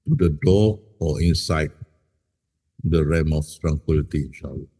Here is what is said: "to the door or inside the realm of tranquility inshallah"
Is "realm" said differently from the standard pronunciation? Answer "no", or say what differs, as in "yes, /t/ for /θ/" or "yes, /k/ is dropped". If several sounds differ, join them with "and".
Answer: yes, /l/ is dropped